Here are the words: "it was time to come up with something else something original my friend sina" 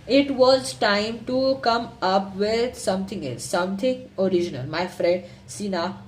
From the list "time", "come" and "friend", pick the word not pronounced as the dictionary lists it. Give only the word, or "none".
none